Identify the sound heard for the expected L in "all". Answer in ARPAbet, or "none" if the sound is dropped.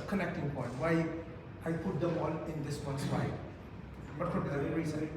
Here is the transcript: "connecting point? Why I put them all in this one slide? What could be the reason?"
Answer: N